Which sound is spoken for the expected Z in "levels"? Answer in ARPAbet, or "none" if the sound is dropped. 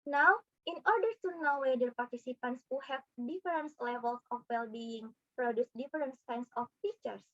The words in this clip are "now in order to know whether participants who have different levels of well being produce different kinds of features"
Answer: S